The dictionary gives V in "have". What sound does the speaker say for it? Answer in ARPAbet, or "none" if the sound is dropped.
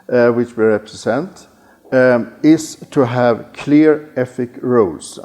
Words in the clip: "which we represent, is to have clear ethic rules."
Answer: V